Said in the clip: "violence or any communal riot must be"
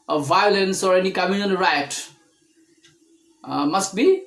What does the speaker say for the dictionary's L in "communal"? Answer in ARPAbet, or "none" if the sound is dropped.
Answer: N